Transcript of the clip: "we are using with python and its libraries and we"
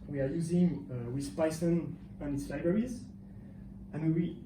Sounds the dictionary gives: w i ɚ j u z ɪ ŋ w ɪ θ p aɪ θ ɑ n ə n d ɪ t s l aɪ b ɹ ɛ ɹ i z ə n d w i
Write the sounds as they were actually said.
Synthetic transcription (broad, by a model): w i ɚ j u z ɪ ŋ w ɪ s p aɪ s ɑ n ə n ɪ t s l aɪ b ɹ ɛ ɹ i z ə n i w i